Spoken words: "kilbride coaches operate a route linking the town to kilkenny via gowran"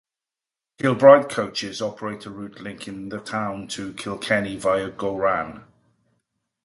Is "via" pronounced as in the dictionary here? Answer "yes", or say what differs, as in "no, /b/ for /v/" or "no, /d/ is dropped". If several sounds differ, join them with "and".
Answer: yes